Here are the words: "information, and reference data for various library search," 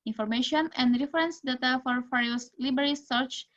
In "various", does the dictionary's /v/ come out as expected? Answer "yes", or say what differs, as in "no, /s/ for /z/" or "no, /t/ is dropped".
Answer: no, /f/ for /v/